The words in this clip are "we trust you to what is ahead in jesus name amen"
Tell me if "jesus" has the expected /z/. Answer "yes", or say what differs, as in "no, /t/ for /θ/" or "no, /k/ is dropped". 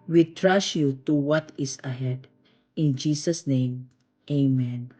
no, /s/ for /z/